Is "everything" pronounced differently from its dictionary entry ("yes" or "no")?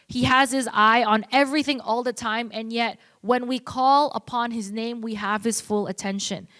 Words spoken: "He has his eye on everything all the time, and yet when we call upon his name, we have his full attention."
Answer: no